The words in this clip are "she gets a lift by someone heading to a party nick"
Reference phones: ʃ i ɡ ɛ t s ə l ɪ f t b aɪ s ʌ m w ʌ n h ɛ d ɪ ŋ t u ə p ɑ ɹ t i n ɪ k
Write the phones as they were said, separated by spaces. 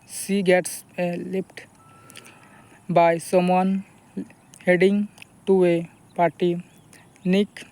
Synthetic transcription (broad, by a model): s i ɡ ɛ t s ə l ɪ p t b aɪ s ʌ m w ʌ n h ɛ d ɪ ŋ t u ə p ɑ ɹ t i n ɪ k